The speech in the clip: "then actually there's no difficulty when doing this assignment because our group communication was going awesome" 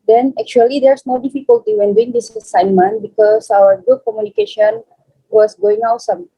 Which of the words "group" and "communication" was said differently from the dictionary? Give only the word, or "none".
group